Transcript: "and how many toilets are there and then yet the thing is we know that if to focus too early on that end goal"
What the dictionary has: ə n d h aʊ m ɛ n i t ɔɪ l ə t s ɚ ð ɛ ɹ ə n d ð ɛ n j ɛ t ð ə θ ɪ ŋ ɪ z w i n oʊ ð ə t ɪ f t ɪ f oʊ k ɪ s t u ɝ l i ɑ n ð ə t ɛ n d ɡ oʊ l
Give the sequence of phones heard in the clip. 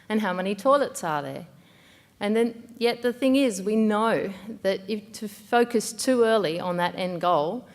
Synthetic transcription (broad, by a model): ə n h aʊ m ɛ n i t ɔɪ l ə t s ɚ ð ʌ ɹ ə n ð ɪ n j ɛ t ð ə θ ɪ ŋ ɪ z w i n oʊ ð ə t ɪ f t ɪ f oʊ k ɪ s t u ɝ l i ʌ n ð ə t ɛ n ɡ oʊ l